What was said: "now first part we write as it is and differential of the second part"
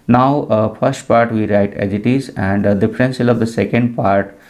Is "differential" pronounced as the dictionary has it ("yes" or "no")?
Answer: no